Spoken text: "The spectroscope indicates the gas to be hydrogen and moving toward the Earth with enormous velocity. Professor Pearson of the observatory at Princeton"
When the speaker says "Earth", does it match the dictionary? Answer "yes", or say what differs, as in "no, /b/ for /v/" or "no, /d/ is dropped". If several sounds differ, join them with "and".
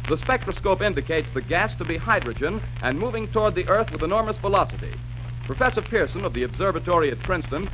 yes